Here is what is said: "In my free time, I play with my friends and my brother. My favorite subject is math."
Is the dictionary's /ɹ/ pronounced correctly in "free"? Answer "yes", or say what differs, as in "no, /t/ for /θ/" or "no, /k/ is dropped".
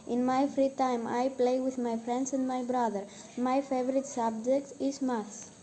yes